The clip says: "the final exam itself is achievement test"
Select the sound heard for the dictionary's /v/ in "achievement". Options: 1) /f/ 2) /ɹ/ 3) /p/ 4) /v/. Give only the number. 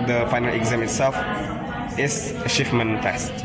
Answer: 1